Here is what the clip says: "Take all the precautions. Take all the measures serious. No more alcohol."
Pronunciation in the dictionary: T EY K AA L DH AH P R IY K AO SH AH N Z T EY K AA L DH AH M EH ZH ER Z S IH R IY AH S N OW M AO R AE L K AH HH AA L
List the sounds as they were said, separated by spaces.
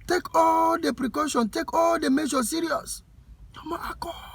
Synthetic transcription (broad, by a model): T EY K AA L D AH P R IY K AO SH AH N T EY K AA L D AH M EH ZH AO S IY R IY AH S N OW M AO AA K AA